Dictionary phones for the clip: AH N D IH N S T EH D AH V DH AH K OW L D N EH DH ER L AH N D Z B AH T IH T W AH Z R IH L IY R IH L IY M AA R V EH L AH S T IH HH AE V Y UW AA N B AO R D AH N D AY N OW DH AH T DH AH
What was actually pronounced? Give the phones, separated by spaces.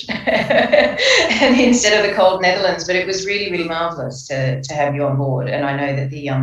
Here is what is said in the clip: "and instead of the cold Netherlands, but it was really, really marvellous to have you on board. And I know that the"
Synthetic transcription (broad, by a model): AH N IH N S T EH D AH V DH AH K OW L D N EH DH ER L AH N D Z B AH T IH T W AH Z R IH L IY R IH L IY M AA R V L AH S T IH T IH V Y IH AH N B AO R D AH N AY N OW DH AH T DH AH